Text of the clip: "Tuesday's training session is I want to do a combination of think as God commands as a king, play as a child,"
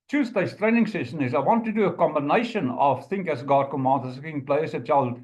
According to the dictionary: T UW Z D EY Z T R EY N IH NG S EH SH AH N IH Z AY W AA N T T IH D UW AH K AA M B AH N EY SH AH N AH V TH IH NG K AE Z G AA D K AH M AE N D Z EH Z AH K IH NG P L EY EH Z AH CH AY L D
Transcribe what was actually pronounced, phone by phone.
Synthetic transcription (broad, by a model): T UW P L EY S T R EY N IH NG S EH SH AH N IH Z AY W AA N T T IH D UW AH K AA M B AH N EY SH AH N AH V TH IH NG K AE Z G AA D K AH M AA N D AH S AH K IH NG P L EY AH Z AH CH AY L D